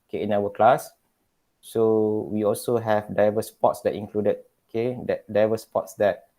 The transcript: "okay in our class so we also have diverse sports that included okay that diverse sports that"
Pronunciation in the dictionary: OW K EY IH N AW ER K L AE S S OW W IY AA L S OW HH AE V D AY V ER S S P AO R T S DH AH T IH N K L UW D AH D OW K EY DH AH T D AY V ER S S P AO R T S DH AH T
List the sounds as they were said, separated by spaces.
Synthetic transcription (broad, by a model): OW K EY IH N AW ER K L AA S S OW W IY AA L S OW HH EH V D AY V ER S S P AO T S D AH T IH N K L UW D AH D OW K EY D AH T D AY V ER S S P AO T S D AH T